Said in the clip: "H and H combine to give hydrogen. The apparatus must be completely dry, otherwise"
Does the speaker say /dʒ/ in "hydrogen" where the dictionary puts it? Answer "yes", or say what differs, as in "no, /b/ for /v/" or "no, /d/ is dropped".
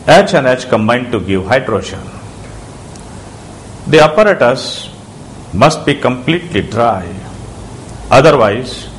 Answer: no, /ʃ/ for /dʒ/